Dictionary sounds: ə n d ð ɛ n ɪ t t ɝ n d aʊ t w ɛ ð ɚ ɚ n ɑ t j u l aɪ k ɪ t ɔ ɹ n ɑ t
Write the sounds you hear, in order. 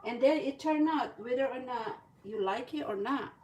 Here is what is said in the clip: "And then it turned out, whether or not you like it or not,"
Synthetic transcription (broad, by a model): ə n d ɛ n ɪ t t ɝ n aʊ t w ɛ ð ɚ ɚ n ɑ j u l aɪ k ɪ t ɔ ɹ n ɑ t